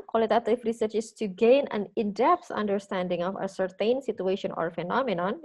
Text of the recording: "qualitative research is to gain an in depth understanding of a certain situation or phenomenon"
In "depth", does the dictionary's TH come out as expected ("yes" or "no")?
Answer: no